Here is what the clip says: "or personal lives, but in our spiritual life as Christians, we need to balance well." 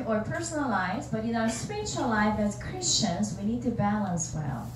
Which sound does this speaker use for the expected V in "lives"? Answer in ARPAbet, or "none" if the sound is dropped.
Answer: none